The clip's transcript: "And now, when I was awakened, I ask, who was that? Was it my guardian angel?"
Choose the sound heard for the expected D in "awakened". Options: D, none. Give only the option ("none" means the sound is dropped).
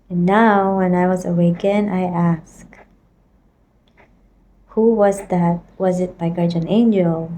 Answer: none